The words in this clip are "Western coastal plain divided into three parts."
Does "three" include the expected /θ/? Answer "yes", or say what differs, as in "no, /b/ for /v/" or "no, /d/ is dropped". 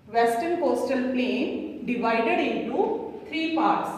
no, /t/ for /θ/